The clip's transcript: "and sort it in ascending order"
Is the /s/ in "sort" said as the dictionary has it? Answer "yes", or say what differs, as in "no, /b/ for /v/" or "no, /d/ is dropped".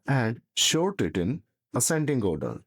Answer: no, /ʃ/ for /s/